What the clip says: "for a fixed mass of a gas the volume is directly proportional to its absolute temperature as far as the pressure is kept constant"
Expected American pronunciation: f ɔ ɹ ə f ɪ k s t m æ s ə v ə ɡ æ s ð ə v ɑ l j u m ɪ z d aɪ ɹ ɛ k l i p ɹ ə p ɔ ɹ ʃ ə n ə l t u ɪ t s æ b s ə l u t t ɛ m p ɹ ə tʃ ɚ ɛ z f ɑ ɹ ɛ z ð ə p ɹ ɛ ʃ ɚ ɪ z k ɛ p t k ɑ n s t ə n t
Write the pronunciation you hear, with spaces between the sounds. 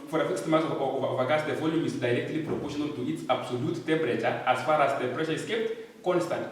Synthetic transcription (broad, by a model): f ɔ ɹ ə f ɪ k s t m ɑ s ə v ə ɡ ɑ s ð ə v ɑ l j u m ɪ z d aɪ ɹ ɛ k l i p ɹ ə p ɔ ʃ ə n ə n t u ɪ t s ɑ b s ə l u t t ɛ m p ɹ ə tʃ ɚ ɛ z f ɑ ɹ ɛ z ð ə p ɹ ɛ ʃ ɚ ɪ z k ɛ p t k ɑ n s t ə n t